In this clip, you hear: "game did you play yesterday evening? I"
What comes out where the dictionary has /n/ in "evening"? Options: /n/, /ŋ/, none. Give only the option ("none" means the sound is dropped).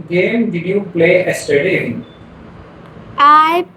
none